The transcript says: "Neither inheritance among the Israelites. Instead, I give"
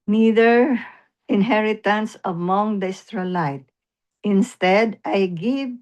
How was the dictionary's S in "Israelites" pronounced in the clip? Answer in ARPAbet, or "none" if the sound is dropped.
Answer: none